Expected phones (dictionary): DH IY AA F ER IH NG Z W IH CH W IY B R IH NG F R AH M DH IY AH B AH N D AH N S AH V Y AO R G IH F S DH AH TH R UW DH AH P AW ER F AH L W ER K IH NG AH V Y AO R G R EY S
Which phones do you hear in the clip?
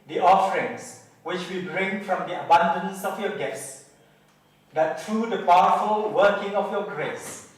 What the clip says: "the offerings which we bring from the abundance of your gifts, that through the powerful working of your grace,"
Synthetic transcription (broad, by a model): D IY AA F ER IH NG S W IH CH W IY B R IH NG F R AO M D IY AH B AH N D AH N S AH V Y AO G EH S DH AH T R UW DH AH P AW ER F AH L W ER K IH NG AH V Y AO G R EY S